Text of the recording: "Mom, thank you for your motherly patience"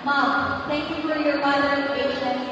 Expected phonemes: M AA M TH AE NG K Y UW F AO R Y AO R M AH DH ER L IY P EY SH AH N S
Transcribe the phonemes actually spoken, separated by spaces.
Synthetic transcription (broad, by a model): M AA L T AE NG K Y UW F AO R Y AO R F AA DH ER IY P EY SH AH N